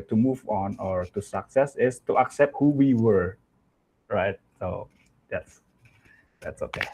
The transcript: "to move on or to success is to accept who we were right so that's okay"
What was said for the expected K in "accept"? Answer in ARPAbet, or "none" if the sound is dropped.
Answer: K